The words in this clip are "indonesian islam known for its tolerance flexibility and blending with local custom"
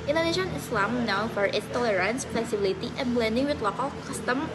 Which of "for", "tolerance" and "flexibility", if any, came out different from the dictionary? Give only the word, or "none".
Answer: flexibility